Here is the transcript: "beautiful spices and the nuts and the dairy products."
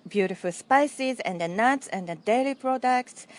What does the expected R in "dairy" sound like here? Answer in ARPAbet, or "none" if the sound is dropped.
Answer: L